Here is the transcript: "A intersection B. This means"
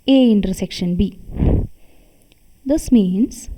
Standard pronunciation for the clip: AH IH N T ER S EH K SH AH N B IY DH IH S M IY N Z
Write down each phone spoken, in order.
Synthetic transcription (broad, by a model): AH IH N T ER S EH K SH AH N B IY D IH S M IY N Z